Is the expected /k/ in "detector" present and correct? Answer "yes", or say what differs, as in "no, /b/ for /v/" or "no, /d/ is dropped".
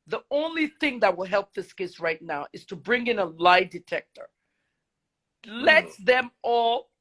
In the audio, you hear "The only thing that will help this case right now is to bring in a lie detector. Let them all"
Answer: yes